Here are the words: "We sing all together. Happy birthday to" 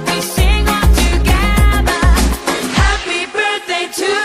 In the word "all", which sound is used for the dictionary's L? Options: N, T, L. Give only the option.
N